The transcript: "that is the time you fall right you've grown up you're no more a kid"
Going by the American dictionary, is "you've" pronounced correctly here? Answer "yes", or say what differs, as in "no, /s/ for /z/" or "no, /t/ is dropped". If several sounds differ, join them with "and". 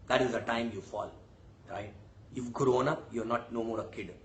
no, /f/ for /v/